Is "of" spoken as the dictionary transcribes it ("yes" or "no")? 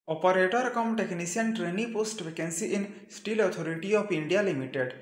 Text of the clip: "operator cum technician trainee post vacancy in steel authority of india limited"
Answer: no